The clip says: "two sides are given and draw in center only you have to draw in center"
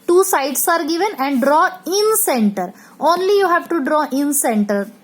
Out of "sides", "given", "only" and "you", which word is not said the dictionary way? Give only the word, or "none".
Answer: sides